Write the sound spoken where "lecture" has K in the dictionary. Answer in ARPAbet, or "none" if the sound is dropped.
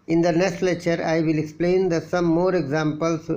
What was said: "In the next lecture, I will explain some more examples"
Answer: none